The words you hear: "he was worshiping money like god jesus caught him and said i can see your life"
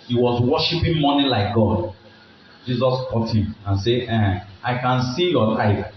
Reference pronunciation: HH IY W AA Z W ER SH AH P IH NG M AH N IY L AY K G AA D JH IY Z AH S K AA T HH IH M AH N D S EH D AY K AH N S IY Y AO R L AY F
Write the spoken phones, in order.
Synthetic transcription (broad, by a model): HH IY W AA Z W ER SH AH P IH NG M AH N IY L AY K G AA D JH IY Z AH S K AA T HH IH M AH N S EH AY K AH N S IY Y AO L AY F